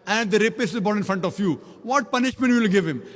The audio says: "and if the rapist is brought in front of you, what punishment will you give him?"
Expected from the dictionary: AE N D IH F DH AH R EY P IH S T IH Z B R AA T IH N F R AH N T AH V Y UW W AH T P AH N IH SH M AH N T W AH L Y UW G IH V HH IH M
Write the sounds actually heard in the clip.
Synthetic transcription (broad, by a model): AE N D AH R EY P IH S IH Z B AA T IH N F R AH N T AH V Y UW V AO T P AH N IH SH M AH N T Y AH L G IH V HH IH M